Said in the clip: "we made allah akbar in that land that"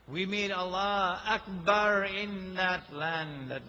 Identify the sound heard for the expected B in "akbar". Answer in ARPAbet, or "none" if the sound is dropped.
B